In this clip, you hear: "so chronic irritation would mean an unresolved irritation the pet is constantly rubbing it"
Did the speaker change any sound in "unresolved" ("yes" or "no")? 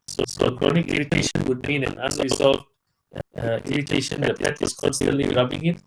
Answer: yes